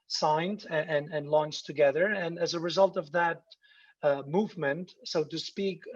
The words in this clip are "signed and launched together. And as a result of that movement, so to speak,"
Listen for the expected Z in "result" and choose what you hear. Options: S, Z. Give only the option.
Z